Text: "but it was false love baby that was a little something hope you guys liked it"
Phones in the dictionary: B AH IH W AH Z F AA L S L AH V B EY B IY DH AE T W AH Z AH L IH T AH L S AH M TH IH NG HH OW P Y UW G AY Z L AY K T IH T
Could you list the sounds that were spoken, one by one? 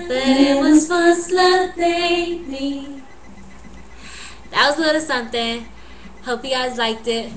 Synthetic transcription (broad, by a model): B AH IH W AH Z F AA S L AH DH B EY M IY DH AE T W AH Z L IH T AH S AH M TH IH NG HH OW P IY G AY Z L AY K T IH T